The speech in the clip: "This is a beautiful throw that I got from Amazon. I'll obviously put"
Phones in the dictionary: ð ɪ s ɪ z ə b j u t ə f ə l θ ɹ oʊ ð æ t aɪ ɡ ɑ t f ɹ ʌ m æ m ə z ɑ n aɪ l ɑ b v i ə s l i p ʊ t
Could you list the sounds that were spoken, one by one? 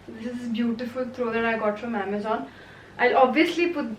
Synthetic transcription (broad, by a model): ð ɪ s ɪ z b j u t ə f ə l t ɹ oʊ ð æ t aɪ ɡ ɑ t f ɹ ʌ m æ m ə z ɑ n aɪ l ɑ b v i ə s l i p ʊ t